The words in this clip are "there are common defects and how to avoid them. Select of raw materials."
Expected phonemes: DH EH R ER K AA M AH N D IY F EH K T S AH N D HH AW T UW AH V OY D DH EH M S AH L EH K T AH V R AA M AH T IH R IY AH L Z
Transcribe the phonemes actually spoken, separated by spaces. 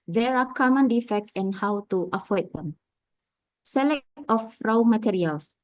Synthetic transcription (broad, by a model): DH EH R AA K AA M AH N D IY F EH K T AH N HH AW T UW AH F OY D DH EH M S AH L EH K T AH F R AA M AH T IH R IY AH L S